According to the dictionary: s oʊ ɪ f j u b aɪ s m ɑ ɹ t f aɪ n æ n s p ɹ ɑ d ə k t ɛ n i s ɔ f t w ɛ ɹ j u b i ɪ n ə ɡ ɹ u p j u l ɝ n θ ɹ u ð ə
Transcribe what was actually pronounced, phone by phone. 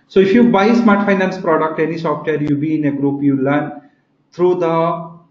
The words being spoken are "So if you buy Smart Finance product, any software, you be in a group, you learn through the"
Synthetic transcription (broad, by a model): s oʊ ɪ f j u b aɪ s m ɑ ɹ t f aɪ n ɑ n s p ɹ ɑ d ə k t ɛ n i s ɔ f t w ɛ ɹ j u b i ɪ n ə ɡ ɹ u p j u l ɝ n t ɹ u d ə